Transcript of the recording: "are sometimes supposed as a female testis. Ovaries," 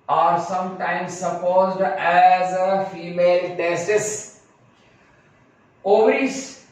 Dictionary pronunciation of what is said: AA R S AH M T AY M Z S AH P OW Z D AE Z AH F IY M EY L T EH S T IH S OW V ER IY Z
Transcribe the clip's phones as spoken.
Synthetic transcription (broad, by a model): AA R S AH M T AY M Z S AH P OW Z D AE Z AH F IY M EY L T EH S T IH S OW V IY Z